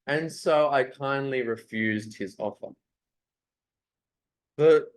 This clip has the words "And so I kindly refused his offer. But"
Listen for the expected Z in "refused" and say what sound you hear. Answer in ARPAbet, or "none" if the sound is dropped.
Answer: Z